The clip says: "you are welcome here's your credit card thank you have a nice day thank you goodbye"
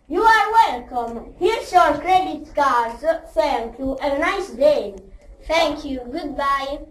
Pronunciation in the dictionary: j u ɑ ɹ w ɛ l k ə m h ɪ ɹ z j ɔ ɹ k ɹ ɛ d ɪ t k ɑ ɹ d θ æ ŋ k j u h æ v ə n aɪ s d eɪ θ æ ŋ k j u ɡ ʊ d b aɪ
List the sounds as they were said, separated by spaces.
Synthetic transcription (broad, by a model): j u ɑ ɹ w ɛ l k ə m h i ɹ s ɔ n k ɹ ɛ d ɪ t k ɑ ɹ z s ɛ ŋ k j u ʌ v ə n aɪ s d eɪ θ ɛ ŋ k j u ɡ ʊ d b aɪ